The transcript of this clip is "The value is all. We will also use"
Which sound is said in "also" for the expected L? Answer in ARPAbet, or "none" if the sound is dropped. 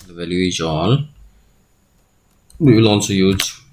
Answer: N